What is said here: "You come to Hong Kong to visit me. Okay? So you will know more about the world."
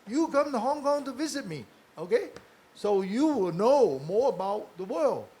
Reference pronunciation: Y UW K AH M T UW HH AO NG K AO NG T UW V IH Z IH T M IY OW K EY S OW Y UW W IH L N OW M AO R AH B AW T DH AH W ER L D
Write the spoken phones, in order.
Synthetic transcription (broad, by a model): Y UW K AH M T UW HH AO NG K AO NG T UW V IH Z IH T M IY OW K EY S OW Y UW W IH L N OW M AO R AH B AW T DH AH W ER L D